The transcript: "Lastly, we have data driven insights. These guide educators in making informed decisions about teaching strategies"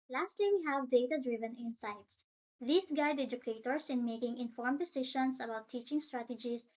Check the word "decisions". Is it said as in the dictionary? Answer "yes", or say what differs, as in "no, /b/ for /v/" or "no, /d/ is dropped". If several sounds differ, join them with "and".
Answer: no, /ʃ/ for /ʒ/ and /s/ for /z/